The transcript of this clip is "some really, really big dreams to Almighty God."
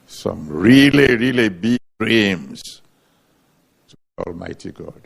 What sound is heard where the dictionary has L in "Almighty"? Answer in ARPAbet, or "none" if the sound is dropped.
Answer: L